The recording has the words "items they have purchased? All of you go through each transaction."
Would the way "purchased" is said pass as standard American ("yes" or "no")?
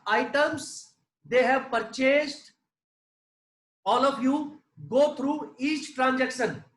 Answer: yes